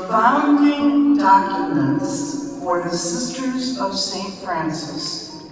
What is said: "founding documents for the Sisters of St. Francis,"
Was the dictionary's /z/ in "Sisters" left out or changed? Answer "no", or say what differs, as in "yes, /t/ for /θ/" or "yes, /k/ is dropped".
no